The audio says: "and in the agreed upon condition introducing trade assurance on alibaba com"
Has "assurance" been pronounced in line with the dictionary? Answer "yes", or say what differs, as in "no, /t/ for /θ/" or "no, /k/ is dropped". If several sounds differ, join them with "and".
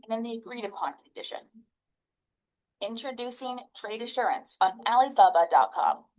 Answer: yes